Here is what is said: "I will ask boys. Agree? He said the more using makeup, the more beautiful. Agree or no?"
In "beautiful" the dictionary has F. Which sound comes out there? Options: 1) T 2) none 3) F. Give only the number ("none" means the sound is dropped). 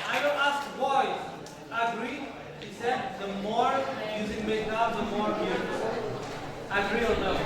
2